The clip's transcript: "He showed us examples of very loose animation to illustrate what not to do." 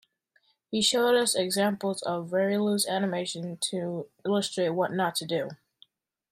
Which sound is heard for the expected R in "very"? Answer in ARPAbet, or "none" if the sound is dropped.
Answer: R